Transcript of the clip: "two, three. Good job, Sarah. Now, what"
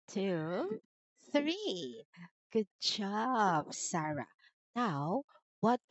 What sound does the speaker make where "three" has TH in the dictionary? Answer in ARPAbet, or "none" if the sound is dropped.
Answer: TH